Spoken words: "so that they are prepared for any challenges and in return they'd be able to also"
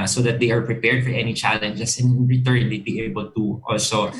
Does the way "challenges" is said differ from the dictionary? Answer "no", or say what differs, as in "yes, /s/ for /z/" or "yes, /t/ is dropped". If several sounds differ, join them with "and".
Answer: yes, /s/ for /z/